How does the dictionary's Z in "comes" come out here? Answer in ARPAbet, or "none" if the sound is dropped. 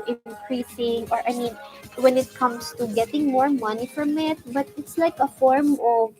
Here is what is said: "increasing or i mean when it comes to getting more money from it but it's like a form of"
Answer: S